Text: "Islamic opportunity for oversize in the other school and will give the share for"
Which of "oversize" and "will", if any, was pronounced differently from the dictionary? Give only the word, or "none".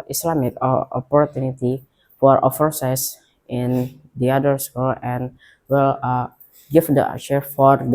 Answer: oversize